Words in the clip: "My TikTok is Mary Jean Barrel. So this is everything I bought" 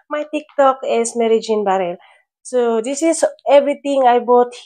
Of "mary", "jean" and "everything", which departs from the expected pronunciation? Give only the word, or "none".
everything